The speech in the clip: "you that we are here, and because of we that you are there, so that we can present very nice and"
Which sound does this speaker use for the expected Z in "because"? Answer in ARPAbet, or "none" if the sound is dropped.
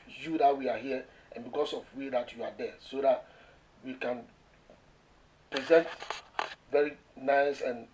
S